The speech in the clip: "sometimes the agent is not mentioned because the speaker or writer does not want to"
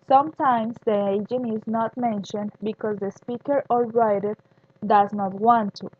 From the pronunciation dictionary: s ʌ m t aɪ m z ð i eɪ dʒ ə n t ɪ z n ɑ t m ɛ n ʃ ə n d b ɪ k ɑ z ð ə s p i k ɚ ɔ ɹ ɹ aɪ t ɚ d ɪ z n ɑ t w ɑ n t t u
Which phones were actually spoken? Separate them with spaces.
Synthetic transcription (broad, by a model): s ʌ m t aɪ m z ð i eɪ dʒ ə n ɪ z n ɑ t m ɛ n ʃ ə n d b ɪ k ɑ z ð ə s p i k ɚ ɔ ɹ ɹ aɪ t ɚ d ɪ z n ɑ t w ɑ n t t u